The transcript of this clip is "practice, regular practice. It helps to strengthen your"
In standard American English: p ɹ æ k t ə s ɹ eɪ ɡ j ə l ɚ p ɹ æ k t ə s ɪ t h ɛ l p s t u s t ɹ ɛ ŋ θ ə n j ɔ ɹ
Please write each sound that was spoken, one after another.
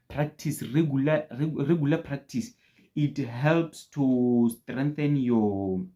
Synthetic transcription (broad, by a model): p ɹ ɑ k t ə s ɹ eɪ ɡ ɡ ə l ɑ p ɹ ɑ k t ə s ɪ t h ɛ l p s t u s t ɹ ɛ ŋ θ ə n j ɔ